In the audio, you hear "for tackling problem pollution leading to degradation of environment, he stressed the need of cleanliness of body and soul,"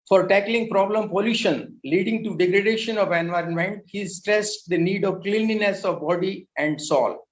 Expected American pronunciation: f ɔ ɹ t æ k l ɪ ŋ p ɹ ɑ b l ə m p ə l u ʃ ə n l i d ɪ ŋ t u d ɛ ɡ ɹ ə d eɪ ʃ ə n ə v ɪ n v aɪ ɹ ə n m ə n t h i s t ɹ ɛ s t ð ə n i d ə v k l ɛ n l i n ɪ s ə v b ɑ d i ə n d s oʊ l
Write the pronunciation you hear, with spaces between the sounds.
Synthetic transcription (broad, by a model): f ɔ ɹ t æ k l ɪ ŋ p ɹ ɑ b l ə m p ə l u ʃ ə n l i d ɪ ŋ t u d ɛ ɡ ɹ ə d eɪ ʃ ə n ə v ɪ n v aɪ ɹ ə n m ə n t h i s t ɹ ɛ s t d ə n i d ə v k l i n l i n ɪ s ə v b ɑ d i ə n d s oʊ l